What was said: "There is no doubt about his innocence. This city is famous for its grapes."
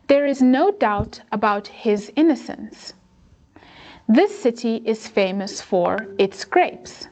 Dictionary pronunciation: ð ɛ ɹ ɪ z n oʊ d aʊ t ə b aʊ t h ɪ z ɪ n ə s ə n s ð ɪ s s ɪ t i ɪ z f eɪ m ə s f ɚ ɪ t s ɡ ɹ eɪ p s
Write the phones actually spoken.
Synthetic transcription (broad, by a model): ð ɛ ɹ ɪ z n oʊ d aʊ t ə b aʊ t h ɪ z ɪ n ə s ə n s ð ɪ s s ɪ t i ɪ z f eɪ m ə s f ɚ ɪ t s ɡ ɹ eɪ p s